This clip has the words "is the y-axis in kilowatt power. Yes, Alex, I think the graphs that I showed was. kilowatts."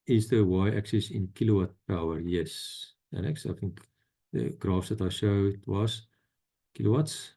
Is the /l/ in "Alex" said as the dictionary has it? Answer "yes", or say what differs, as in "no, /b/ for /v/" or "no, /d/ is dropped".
no, /n/ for /l/